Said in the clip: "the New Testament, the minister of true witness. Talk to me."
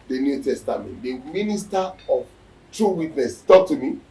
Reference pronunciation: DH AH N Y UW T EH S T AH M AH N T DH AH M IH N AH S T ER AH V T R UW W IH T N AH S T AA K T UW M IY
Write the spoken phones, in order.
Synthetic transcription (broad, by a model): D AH N Y UW T EH S T AH M AH N T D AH M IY N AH S T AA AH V T R UW W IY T N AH S T AA K T UW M IY